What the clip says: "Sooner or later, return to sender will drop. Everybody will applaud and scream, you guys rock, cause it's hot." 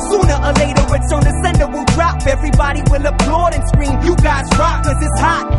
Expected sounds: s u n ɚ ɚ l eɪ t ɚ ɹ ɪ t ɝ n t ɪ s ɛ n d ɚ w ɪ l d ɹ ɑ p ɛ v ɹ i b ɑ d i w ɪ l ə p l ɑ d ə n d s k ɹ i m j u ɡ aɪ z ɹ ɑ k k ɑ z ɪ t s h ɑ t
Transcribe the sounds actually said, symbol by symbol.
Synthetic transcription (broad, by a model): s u n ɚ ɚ l eɪ t ɚ w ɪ s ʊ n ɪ s ɛ n d ɚ w ɪ l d ɹ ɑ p ɛ v ɹ i b ɑ d i w ɪ l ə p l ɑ d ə n s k ɹ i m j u ɡ aɪ z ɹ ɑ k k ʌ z ɪ t s h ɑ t